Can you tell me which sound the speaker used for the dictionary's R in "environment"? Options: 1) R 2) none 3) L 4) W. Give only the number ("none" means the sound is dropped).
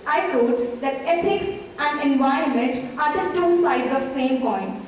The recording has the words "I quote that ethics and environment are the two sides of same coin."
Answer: 2